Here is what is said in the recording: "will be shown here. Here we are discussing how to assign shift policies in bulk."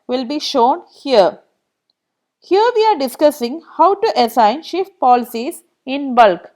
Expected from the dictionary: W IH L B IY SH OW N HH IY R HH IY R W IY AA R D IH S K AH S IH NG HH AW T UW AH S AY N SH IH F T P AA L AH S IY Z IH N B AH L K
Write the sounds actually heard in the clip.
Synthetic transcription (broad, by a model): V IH L B IY SH OW N HH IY R HH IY R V IY AA R D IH S K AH S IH NG HH AW T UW AH S AY N SH IH F T P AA L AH S IY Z IH N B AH L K